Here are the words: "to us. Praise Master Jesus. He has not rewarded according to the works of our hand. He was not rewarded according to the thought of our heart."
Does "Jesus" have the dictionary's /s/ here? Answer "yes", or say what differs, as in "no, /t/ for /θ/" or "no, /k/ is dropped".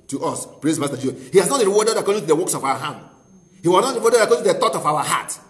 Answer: no, /s/ is dropped